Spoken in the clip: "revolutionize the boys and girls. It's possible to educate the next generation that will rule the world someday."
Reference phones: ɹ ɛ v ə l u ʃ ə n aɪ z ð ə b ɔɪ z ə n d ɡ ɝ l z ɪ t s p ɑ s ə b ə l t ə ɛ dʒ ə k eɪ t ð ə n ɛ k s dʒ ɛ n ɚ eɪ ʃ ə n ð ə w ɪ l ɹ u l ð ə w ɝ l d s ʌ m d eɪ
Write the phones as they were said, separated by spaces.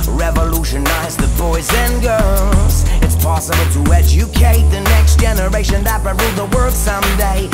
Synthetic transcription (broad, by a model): ɹ ɛ v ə l u ʃ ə n aɪ z ð ə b ɔɪ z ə n ɡ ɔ z ɪ t s p ɑ s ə b l t ə ɛ dʒ ə k eɪ t ð ə n ɛ k s dʒ ɛ n ɚ eɪ ʃ ə n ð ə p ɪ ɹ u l ð ə w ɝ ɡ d s ʌ m d eɪ